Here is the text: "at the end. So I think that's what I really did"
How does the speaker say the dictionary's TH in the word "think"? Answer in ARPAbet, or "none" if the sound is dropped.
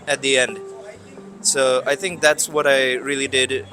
TH